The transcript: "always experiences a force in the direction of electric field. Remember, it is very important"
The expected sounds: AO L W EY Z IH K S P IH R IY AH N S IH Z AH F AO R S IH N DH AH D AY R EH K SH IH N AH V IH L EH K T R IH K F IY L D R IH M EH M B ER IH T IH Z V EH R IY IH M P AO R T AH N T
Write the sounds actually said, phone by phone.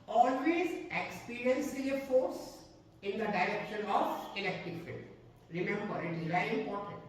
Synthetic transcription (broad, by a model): AO L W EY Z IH K S P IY R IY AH N S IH AH F AO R S IH N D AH D AY R EH K SH IH N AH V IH L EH K T IH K F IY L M R IH M EH M B ER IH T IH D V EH IY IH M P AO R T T